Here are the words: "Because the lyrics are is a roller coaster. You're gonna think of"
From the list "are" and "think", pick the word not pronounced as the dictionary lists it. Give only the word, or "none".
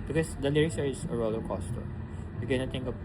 think